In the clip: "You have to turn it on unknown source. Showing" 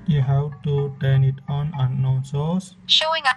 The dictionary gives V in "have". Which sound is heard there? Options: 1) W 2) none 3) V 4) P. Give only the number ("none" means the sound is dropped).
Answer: 1